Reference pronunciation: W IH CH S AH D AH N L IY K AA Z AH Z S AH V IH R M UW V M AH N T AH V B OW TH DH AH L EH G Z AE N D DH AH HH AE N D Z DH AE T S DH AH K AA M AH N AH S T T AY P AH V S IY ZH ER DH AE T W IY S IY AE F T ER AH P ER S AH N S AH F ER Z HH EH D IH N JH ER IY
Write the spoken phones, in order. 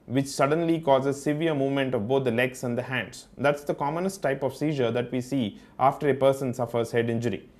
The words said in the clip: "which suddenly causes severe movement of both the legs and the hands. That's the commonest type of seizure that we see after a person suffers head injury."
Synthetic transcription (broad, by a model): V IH CH S AH D AH N L IY K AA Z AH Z S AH V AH R M UW V M AH N T AH V B OW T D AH L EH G S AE N D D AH HH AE N D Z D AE T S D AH K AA M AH N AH S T T AY P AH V S IY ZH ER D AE T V IY S IY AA F T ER AH P ER S AH N S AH F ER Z HH EH D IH N JH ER IY